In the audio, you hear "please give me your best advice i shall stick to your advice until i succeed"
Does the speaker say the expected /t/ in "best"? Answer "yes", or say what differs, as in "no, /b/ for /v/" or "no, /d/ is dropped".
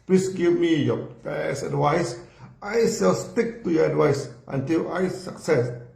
no, /t/ is dropped